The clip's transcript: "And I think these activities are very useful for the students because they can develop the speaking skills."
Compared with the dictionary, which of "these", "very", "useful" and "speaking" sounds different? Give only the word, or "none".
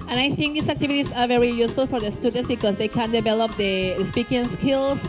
these